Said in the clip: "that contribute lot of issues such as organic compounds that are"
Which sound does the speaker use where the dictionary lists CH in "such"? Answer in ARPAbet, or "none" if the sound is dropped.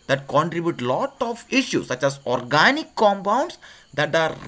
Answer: CH